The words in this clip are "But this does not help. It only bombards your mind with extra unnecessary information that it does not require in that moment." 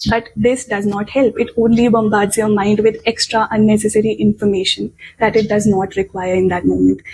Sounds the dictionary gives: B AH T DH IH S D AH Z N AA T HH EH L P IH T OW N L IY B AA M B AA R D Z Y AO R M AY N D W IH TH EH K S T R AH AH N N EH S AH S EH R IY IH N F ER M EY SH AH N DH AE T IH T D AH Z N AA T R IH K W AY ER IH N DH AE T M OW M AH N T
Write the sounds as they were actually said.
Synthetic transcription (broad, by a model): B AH T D IH S D AH Z N AA T HH EH L P IH T OW N L IY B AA M B AA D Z Y AO R M AY N D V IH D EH K S T R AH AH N N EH S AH S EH R IY IH N F ER M EY SH AH N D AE T IH T D AH Z N AA T R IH K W AY ER IH N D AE T M OW M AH N T